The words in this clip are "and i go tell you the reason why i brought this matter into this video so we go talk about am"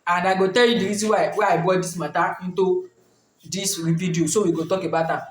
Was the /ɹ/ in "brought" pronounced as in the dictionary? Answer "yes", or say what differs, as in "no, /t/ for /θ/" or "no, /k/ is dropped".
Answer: no, /ɹ/ is dropped